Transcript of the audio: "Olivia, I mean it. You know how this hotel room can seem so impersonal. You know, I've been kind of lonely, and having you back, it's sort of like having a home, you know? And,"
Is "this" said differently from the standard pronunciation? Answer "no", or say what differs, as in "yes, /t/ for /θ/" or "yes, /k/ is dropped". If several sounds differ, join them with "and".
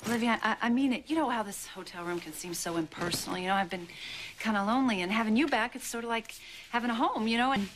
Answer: no